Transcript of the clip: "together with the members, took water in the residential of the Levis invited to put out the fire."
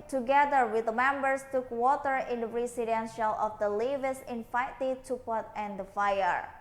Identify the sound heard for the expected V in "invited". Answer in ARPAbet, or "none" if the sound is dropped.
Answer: F